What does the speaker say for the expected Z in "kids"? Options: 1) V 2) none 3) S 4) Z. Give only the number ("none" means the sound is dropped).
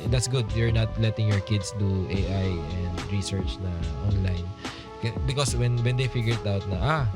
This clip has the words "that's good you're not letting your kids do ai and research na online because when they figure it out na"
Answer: 3